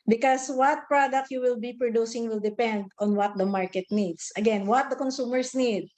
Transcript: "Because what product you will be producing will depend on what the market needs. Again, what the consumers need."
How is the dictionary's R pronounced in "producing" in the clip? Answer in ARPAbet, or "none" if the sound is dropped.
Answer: R